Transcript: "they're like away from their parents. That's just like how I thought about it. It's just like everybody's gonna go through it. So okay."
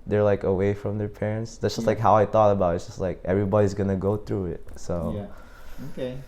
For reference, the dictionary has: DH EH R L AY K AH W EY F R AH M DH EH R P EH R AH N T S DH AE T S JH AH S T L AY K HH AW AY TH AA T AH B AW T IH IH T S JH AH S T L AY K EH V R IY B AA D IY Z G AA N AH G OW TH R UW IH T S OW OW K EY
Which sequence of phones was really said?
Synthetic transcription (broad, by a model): DH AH R L AY K AH W EY F R AH M DH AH R P EH R AH N T S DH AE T S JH AH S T L AY K HH AW AY TH AA T AH B AW T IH IH T S JH AH S T L AY K EH V R IY B AA D IY Z G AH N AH G OW TH R UW IH T S OW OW K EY